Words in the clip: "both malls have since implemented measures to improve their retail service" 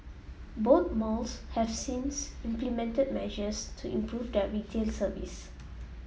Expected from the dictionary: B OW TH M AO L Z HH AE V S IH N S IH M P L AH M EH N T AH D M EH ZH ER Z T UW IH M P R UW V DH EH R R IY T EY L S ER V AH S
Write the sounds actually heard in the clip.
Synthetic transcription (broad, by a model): B OW T M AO L S HH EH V S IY N S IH M P L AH M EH N T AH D M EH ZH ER S T UW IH M P R UW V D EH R R IY T EY L S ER V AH S